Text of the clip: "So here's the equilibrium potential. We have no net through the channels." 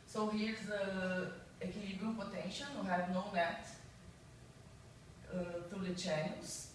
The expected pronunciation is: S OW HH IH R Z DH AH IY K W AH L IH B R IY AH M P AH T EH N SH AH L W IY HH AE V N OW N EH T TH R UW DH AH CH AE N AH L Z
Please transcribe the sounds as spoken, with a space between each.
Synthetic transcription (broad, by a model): S OW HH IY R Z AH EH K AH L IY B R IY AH P AH T EH N SH AH L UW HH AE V N OW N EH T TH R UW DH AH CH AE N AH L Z